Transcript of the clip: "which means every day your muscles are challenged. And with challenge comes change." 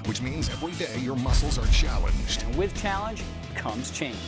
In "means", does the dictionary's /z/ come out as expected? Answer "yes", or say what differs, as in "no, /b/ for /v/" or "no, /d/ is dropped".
yes